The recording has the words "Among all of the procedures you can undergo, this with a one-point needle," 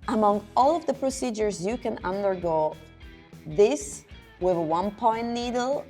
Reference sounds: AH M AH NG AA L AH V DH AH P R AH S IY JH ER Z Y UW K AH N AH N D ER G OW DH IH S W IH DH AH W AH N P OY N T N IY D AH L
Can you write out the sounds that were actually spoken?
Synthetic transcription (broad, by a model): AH M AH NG AA L AH V DH AH P R AH S IY JH ER Z Y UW K AH N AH N D ER G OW DH IH S W IH DH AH W AH N P OY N N IY D L